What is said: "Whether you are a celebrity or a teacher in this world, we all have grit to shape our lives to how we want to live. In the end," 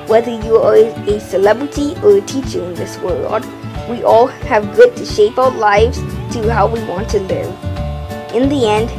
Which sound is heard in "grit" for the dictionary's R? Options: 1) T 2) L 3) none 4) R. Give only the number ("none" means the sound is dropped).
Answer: 3